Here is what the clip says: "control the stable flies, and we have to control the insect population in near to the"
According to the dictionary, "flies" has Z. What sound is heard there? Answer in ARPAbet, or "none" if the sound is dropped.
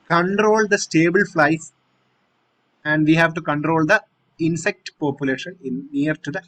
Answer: S